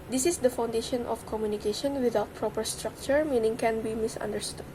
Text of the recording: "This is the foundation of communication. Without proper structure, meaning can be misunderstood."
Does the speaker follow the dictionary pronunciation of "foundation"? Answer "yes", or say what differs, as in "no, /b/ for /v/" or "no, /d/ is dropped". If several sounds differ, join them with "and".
yes